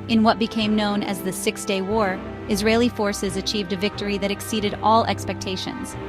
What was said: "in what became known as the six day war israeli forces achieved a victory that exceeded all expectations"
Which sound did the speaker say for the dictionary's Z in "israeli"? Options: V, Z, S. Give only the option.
Z